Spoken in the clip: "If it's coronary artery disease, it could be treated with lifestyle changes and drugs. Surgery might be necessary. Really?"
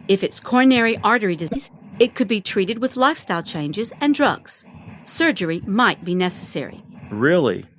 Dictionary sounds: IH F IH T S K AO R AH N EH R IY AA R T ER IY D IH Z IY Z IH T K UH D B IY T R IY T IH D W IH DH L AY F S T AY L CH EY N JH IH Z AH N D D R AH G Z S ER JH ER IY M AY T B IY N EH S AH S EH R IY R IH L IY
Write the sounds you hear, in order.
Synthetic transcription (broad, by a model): IH F IH T S K AO R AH N EH R IY AA R T ER IY D IH Z IY Z IH T K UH D B IY T R IY T IH D W IH DH L AY F S T AY L CH EY N JH IH Z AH N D D R AH G Z S ER JH ER IY M AY T B IY N EH S AH S EH R IY R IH L IY